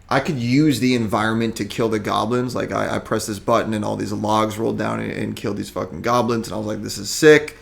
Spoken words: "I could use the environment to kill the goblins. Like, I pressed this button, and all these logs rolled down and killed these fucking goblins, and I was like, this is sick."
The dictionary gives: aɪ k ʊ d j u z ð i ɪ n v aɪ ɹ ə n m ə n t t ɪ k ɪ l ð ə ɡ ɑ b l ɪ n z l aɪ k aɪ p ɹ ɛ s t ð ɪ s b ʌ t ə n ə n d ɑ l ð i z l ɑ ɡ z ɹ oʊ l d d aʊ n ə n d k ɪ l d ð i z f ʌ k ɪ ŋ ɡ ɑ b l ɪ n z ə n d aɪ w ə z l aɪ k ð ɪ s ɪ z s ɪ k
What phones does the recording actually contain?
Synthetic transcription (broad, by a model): aɪ k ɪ d j u z ð i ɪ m v aɪ ɹ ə n m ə n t t ɪ k ɪ l ð ə ɡ ɑ b l ɪ n z l aɪ k aɪ p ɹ ɛ s ð ɪ s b ʌ t n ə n ɑ l ð i z l ɑ ɡ z ɹ oʊ l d d aʊ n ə n k ɪ l d ð i z f ʌ k ɪ ŋ ɡ ɑ b l ɪ n z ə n aɪ w ə z l aɪ k ð ɪ s ɪ z s ɪ k